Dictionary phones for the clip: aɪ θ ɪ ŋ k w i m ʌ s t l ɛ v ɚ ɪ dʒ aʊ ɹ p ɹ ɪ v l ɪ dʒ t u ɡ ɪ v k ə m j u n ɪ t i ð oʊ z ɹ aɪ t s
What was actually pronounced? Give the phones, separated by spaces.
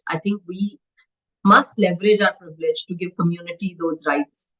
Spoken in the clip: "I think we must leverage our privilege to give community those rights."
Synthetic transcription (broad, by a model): aɪ t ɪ ŋ k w i m ʌ s t l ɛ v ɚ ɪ dʒ aʊ ɹ p ɹ ɪ v l ɪ dʒ t u ɡ ɪ v k ə m j u n ɪ t i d oʊ z ɹ aɪ t s